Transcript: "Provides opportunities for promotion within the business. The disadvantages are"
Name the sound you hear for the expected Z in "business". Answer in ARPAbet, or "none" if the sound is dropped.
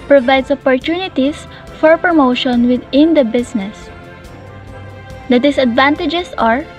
S